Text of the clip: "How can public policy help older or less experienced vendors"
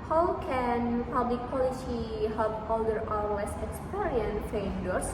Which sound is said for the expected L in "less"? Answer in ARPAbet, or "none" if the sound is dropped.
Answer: W